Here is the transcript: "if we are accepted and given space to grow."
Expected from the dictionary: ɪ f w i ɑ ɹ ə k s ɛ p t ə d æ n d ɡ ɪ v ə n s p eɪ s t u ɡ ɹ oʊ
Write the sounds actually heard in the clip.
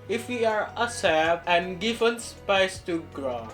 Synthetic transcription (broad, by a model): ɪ f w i ɑ ɹ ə s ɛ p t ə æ n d ɡ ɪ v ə n s p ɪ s t u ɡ ɹ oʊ